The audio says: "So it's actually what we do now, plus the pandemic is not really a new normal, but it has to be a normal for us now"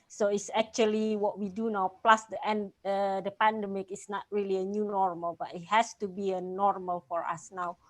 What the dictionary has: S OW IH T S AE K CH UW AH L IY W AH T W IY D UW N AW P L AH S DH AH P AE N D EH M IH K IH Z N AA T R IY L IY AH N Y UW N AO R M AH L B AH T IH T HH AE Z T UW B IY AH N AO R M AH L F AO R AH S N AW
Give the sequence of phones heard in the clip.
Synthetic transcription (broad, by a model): S OW IH T S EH K CH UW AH L IY W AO T W IY D UW N AW P L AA S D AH P AE N D EH M IH K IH S N AA T R IY L IY AH N Y UW N AO R M AH L B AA T IH T HH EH S T UW B IY AH N AO R M AH L F AO R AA S N AW